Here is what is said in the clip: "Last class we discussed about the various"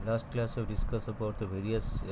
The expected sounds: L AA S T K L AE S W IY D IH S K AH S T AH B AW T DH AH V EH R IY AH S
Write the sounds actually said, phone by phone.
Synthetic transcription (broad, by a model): L AA S T K L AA S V D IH S K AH S AH B AW T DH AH V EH R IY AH S